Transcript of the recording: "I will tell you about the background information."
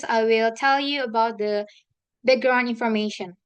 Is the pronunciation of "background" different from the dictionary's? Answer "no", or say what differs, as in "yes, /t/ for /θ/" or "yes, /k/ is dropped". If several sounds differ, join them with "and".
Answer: yes, /d/ is dropped